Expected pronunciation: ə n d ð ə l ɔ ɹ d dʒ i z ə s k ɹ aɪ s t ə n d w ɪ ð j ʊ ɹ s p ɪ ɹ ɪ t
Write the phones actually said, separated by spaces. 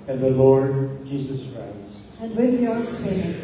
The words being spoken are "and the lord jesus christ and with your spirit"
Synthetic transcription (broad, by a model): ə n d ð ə l ɔ ɹ d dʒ i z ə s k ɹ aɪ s ə n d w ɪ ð j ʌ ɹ s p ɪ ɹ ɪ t